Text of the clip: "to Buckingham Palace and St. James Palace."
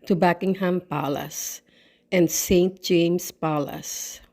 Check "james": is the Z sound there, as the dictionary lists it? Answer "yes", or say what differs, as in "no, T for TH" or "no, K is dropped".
no, S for Z